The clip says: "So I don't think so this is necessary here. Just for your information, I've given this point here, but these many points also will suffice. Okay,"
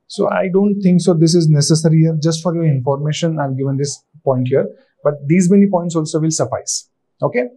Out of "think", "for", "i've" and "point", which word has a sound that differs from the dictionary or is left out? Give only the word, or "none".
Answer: think